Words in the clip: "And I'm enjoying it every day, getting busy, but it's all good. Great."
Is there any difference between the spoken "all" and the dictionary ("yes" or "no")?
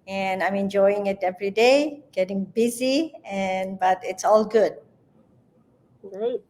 no